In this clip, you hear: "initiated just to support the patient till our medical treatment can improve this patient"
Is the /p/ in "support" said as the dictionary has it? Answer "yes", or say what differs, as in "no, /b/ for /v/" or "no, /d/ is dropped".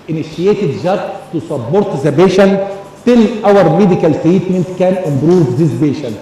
no, /b/ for /p/